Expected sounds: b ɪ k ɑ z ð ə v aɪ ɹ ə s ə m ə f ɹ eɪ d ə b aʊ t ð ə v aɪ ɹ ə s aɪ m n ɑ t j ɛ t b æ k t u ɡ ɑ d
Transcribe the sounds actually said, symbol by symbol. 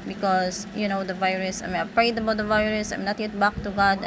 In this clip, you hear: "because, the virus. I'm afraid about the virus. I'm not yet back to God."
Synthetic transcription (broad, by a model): b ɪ k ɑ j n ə v aɪ ɹ ə s ə m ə p ɹ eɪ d ə b aʊ t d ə v aɪ ɹ ə s aɪ m n ɑ t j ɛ t b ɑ k t u ɡ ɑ d